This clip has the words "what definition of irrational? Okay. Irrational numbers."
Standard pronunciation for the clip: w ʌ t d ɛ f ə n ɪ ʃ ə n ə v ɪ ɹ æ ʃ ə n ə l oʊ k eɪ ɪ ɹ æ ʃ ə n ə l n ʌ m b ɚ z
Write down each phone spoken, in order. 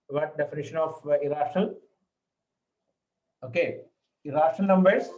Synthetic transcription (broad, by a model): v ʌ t d ɛ f ə n ɪ ʃ ə n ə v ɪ ɹ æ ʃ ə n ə l oʊ k eɪ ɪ ɹ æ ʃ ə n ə l n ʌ m b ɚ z